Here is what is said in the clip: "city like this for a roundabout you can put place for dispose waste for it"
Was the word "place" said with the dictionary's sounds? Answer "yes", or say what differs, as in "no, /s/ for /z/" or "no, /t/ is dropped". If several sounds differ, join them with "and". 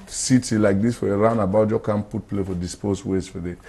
no, /s/ is dropped